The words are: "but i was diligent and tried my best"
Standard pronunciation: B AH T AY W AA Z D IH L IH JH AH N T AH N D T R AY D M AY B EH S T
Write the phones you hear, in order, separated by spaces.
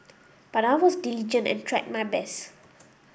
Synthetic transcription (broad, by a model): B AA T AY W AA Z D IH L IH JH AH N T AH N T R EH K M AY B EH S